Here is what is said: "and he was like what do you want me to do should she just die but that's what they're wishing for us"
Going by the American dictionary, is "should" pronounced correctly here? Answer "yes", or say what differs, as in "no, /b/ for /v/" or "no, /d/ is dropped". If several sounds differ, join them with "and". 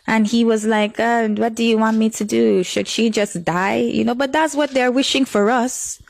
yes